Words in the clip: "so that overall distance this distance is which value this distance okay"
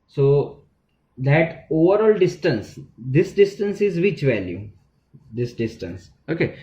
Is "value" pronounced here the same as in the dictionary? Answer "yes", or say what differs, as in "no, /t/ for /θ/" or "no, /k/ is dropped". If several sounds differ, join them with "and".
yes